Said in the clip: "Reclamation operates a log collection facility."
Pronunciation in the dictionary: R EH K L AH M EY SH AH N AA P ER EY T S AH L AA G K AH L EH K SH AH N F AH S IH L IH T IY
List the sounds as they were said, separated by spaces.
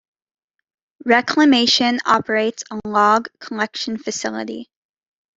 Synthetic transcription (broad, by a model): R EH K L AH M EY SH AH N AA P ER EY T S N L AA G K AH L EH K SH AH N F AH S IH L IH T IY